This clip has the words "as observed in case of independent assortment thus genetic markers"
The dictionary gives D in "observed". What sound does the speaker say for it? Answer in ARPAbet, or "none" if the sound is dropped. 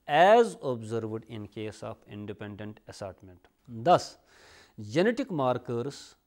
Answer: D